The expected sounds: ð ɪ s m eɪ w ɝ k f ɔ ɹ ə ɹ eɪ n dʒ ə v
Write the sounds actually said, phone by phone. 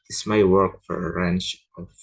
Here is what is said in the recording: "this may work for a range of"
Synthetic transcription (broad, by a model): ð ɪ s m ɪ w ɝ k f ɔ ɹ ə ɹ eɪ n tʃ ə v